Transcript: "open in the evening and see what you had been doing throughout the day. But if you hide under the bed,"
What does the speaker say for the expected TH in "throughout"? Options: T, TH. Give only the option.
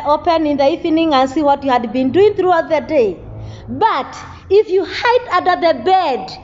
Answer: TH